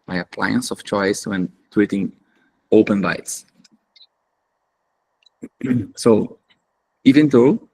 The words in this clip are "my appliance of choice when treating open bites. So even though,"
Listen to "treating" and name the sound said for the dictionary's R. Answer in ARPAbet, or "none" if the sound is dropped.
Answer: W